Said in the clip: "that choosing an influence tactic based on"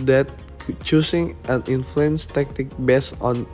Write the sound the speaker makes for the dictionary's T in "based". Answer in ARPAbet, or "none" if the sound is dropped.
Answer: none